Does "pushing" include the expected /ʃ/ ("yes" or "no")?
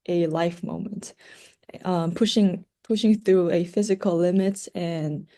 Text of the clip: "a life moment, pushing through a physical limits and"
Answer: yes